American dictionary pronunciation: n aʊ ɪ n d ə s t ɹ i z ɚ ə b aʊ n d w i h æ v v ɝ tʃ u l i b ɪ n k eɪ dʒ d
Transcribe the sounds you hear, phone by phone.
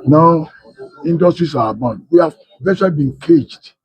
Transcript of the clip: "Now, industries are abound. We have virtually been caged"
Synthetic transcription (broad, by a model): n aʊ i n d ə s t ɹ i s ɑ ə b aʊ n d w i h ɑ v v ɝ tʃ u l i b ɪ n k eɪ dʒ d